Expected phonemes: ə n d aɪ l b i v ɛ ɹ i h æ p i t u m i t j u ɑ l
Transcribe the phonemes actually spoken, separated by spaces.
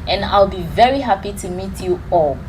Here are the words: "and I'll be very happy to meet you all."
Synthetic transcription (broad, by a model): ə n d aɪ l b i v ɛ ɹ i h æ p i t u m i t j u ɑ l